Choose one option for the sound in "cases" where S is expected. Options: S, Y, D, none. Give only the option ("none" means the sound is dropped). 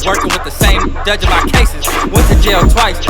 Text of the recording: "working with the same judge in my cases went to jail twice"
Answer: S